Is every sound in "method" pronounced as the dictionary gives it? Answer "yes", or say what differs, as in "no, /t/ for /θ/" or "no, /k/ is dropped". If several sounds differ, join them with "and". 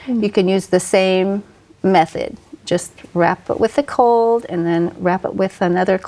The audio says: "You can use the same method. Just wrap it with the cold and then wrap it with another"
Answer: yes